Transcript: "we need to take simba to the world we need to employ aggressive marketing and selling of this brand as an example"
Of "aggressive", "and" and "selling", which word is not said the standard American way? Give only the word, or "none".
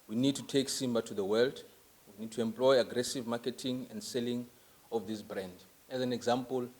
none